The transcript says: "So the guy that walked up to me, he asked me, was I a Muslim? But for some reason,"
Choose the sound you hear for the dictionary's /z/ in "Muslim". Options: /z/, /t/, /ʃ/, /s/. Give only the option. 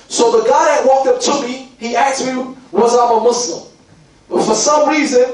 /s/